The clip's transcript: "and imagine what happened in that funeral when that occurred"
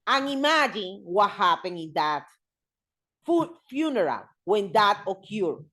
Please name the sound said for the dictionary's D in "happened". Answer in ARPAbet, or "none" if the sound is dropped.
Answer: none